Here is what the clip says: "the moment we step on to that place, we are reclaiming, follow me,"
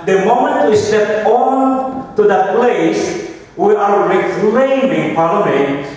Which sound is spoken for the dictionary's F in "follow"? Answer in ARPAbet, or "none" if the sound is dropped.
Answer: P